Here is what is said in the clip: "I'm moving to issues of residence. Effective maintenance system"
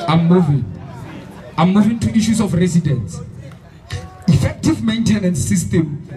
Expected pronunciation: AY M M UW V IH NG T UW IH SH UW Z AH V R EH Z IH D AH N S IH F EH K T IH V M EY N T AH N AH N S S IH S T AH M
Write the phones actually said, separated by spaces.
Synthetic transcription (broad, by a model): AY M M UW V IH NG T UW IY SH UW S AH F R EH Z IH D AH N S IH F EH K T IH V M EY N T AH N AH N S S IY S T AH M